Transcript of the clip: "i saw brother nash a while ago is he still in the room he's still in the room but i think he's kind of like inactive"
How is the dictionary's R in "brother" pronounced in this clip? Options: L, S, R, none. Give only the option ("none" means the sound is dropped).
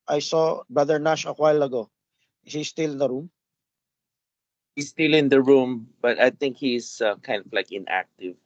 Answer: none